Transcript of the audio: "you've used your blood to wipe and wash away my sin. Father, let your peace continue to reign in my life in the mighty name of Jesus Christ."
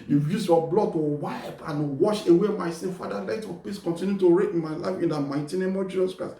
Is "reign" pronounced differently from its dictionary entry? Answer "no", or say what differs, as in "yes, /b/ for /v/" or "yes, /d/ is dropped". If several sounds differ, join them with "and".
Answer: yes, /n/ is dropped